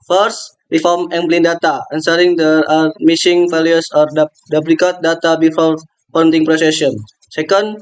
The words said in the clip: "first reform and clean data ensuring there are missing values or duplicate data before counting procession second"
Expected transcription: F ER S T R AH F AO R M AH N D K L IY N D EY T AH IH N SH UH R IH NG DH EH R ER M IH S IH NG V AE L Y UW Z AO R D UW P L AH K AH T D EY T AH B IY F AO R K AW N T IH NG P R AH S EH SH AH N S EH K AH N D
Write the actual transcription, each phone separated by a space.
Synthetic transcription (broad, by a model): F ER S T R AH F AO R M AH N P L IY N D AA T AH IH N S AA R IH NG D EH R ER M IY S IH NG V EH L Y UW S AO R D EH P L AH K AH T D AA T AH B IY F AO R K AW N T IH NG P R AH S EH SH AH N S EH K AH N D